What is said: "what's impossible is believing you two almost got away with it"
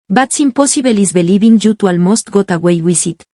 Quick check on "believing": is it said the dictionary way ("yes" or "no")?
no